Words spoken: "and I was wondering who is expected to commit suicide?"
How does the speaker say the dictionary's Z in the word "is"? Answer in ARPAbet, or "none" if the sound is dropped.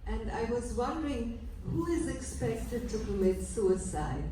Z